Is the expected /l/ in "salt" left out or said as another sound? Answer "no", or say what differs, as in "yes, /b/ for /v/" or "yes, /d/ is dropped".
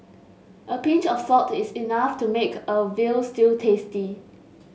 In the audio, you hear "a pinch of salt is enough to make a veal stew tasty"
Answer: yes, /l/ is dropped